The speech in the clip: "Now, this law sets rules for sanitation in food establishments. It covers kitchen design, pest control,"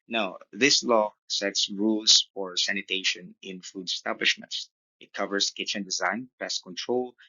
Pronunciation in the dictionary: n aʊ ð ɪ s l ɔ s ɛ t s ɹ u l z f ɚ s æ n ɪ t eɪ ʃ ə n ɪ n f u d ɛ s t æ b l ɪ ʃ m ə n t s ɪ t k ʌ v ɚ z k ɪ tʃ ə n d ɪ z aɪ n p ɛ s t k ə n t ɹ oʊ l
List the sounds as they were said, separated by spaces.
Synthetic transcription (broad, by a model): n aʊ ð ɪ s l ɔ s ɛ t s ɹ u l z f ɚ s æ n ɪ t eɪ ʃ ə n ɪ n f u d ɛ s t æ b l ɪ ʃ m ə n t s ɪ t k ʌ v ɚ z k ɪ tʃ ə n d ɪ z aɪ n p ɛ s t k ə n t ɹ oʊ l